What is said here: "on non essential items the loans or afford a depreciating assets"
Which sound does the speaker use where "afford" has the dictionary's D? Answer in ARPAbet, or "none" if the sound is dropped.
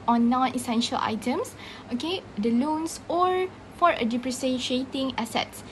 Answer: none